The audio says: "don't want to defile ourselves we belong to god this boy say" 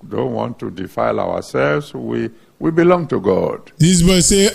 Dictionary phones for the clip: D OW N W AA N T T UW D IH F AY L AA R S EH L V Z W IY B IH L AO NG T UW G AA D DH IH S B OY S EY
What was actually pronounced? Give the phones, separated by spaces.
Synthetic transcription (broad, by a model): D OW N W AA N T T UW D IH F AY L AA W S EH L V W W IY B IH L AO NG T UW G AA D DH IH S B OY S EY